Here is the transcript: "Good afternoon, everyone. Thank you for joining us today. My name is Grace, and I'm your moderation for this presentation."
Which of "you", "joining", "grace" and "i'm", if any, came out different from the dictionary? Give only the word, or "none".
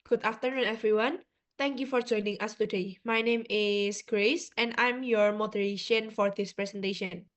none